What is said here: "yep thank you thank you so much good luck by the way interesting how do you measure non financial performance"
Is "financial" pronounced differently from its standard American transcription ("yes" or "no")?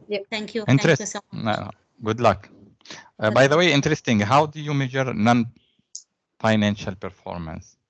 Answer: no